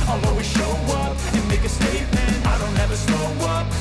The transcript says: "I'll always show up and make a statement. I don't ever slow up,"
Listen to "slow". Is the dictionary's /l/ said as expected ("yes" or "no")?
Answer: no